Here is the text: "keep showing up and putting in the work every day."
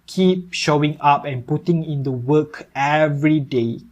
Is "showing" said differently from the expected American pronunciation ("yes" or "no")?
no